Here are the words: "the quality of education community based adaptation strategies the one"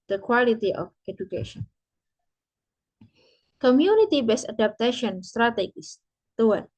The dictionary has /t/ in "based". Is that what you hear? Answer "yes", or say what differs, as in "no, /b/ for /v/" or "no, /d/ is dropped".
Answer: no, /t/ is dropped